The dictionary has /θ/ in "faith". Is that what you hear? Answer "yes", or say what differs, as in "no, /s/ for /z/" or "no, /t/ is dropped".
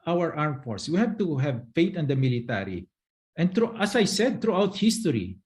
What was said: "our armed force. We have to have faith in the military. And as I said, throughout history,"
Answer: no, /t/ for /θ/